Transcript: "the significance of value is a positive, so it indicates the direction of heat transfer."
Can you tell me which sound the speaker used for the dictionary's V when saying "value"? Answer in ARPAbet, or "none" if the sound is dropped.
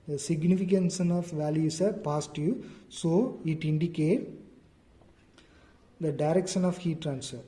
V